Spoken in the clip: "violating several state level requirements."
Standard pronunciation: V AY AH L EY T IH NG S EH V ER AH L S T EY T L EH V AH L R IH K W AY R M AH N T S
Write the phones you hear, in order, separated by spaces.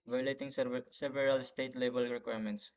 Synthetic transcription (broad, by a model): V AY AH L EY T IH NG S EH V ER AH L S T EY T L EH B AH L R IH K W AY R M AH N T S